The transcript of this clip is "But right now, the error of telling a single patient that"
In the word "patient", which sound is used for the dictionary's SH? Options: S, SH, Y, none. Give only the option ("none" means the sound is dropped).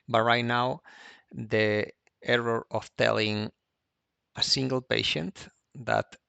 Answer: SH